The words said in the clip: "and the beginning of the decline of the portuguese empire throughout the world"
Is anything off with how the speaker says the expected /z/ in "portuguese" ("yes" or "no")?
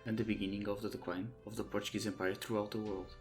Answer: no